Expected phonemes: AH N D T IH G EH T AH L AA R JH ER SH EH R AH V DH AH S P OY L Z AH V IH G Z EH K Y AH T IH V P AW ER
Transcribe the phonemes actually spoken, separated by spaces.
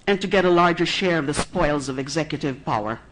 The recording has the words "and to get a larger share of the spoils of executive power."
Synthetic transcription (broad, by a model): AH N T IH G EH T AH L AA R JH ER SH EH R AH V DH AH S P OY L Z AH V IH G Z EH K Y AH T IH V P AW ER